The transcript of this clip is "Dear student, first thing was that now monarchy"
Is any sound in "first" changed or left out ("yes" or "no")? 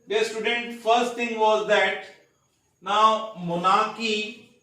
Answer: no